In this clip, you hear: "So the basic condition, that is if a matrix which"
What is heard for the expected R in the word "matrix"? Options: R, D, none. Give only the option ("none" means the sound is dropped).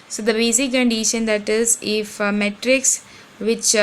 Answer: R